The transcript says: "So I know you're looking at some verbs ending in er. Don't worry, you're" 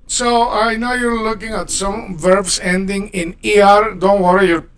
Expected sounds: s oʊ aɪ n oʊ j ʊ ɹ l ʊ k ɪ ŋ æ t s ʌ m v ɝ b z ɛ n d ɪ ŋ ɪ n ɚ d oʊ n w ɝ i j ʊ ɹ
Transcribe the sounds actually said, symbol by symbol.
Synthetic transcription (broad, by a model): s oʊ aɪ n oʊ j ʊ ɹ l ʊ k ɪ ŋ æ t s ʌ m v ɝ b s ɛ n d ɪ ŋ ɪ n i d oʊ n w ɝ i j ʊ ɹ